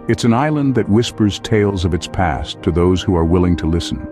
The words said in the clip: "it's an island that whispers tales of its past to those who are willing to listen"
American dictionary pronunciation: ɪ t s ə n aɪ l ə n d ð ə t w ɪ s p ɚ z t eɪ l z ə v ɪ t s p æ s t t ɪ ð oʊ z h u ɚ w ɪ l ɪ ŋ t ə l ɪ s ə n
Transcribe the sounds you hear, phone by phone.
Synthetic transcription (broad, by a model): ɪ t s ə n aɪ l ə n ð ə t w ɪ s p ɚ z t eɪ l z ə v ɪ t s p æ s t t ɪ ð oʊ z h u ɚ w ɪ l ɪ ŋ t ə l ɪ s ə n